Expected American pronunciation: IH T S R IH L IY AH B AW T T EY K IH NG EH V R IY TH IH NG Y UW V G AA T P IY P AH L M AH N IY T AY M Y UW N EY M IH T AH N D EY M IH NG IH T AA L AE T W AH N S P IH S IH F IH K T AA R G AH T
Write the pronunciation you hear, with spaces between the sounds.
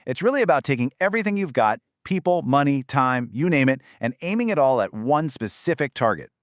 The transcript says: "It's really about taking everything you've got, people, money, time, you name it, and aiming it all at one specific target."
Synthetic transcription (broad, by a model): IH T S R IH L IY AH B AW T T EY K IH NG EH V R IY TH IH NG Y UW V G AA T P IY P L M AH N IY T AY M Y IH N EY M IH T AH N EY M IH NG IH T AA L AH T W AH N S P IH S IH F IH K T AA R G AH T